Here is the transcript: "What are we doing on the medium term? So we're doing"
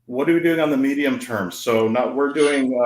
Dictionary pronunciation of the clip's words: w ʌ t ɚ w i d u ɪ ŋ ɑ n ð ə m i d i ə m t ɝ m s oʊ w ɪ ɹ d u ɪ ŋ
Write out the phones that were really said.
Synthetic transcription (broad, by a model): w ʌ t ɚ w i d u ɪ ŋ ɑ n ð ə m i d i ə m t ɝ m s oʊ w ɪ ɹ d u ɪ ŋ